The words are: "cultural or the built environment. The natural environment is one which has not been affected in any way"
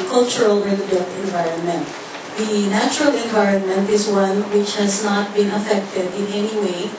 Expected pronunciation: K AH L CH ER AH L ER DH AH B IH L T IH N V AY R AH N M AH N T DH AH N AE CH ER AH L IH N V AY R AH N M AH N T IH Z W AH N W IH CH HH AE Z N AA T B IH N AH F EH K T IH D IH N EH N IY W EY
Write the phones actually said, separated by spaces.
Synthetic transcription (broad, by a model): K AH L CH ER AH L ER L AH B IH N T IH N V AY R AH N M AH N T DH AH N AE CH ER AH L IH N V AY R AH N M AH N T IH Z W AH N W IH CH HH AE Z N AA T B IH N AH F EH K T IH D IH N EH N IY W EY